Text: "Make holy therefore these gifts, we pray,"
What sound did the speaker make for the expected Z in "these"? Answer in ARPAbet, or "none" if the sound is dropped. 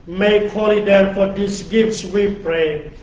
S